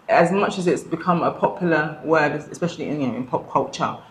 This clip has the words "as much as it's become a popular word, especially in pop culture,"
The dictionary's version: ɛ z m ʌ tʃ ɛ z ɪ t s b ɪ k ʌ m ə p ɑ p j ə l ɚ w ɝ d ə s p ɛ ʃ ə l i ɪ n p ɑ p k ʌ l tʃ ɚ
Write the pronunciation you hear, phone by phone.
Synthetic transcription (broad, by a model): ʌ z m ʌ tʃ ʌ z ɪ t s b ɪ k ʌ m ə p ɑ p j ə w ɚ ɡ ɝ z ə s p ɛ ʃ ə l i ɪ n p ɑ p k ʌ l tʃ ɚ